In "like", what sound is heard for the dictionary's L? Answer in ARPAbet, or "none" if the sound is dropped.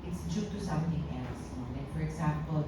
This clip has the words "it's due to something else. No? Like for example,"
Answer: N